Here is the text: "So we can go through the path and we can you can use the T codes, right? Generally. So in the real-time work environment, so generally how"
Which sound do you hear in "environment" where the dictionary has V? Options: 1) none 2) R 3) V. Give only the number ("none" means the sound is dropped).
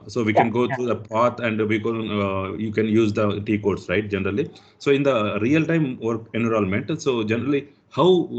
1